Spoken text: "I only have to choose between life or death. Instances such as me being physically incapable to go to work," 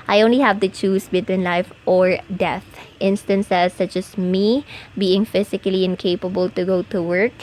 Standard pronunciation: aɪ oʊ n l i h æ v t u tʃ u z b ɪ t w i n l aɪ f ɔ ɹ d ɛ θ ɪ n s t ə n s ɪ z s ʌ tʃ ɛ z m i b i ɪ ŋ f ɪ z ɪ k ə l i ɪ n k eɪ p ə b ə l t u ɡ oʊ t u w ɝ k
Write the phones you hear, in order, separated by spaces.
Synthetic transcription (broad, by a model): aɪ oʊ n l i h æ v t u tʃ u s b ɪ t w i n l aɪ f ɔ ɹ d ɛ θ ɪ n s t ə n s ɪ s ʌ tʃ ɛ s m i b i ɪ ŋ f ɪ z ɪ k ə l i ɪ n k eɪ p ə b ə l t u ɡ oʊ t u w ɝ k